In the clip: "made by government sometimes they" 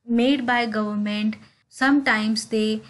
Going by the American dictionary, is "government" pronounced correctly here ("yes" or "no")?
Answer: yes